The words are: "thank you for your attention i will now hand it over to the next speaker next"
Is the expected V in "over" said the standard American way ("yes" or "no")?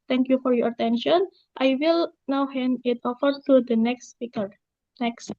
no